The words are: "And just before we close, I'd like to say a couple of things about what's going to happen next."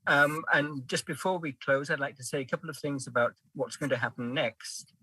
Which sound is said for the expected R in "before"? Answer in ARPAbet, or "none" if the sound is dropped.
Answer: R